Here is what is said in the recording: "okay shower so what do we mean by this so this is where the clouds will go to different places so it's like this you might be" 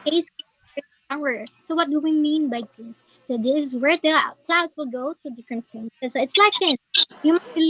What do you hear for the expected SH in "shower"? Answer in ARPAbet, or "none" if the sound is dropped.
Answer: S